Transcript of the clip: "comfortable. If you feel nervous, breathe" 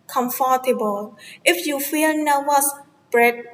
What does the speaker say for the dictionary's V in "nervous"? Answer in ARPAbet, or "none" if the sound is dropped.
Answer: W